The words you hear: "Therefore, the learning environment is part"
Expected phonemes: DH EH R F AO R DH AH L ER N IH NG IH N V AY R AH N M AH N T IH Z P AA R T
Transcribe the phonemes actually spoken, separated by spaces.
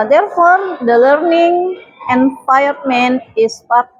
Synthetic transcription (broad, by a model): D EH R F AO R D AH L ER N IH NG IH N F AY AH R M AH N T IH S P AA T